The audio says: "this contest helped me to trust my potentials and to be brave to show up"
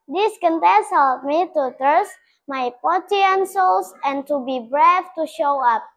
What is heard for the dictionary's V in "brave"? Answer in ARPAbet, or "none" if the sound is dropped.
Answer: F